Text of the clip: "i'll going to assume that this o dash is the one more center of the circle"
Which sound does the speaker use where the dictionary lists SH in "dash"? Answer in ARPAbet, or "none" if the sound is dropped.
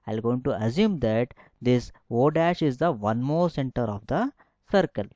SH